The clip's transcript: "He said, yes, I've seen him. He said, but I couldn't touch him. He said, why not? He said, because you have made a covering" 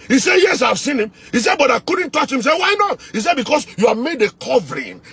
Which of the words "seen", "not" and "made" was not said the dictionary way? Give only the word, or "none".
none